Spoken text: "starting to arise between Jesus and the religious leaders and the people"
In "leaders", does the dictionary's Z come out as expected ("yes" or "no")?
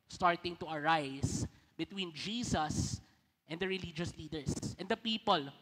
no